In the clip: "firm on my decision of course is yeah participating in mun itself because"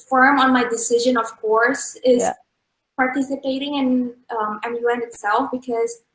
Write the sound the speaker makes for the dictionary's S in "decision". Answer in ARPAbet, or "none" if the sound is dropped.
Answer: S